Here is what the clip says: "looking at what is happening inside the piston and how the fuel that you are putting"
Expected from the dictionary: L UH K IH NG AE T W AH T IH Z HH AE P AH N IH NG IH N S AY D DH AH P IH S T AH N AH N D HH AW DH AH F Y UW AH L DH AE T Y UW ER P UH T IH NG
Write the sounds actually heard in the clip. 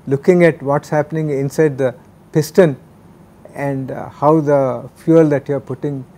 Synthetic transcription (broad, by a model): L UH K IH NG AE T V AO T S HH AE P AH N IH NG IH N S AY D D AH P IH S T AH N AH N D HH AW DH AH F Y UW AH L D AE T Y UW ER P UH T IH NG